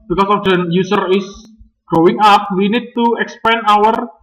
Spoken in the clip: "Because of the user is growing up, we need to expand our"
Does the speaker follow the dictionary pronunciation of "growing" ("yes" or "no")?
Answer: no